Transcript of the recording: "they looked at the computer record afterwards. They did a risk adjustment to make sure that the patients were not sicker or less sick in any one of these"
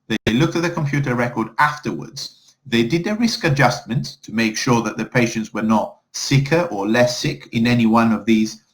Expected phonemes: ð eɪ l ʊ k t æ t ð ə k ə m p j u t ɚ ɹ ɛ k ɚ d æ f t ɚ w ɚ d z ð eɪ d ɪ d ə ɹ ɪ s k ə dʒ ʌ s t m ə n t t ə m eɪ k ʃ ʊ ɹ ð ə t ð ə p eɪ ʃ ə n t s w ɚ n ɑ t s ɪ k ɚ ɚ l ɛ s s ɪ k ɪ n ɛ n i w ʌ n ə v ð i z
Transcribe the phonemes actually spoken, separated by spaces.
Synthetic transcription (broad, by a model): ð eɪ l ʊ k t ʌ t ð ə k ə m p j u t ɚ ɹ ɛ k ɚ d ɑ f t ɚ w ɚ d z ð eɪ d ɪ d ə ɹ ɪ s k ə dʒ ʌ s t m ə n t t ə m eɪ k ʃ ʊ ɹ ð ə t ð ə p eɪ ʃ ə n t s w ɚ n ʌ t s ɪ k ɚ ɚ l ɛ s s ɪ k ɪ n ɛ n i w ʌ n ə v ð i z